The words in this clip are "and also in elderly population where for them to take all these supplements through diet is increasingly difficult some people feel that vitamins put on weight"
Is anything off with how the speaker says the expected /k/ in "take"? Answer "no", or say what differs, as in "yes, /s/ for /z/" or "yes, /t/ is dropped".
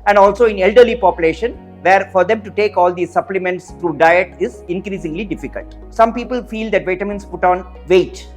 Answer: no